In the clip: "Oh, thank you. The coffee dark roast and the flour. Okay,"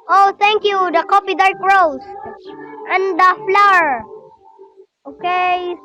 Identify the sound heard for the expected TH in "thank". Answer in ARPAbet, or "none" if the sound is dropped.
T